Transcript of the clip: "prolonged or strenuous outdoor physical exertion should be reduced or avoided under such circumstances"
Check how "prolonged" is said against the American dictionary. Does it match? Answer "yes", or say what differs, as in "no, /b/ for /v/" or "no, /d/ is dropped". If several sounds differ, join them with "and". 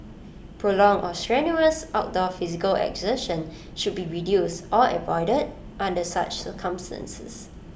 no, /d/ is dropped